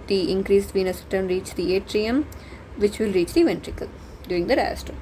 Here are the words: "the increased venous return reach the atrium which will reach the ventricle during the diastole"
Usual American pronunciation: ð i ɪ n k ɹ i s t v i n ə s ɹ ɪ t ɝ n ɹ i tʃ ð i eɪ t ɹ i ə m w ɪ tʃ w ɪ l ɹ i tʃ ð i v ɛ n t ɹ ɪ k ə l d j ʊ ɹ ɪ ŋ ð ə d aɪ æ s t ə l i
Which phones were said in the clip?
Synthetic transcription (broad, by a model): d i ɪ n k ɹ i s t v i n ə s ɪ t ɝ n ɹ i tʃ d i eɪ t ɹ i ə m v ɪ tʃ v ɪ l ɹ i tʃ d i v ɛ n t ɹ ɪ k ə l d j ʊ ɹ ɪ ŋ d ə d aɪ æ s t